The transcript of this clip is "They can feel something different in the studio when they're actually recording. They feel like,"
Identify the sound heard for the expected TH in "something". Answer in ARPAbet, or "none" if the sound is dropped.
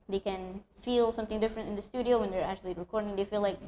TH